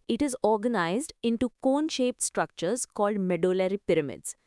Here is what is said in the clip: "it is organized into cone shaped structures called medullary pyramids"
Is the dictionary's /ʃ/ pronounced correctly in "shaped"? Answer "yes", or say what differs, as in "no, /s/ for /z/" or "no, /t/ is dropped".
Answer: yes